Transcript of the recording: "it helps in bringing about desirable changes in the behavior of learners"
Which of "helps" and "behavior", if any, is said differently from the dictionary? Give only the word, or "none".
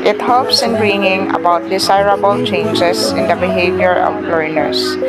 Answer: none